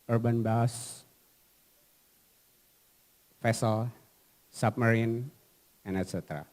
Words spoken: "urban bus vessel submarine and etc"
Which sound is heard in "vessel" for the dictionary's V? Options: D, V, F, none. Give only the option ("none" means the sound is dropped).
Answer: F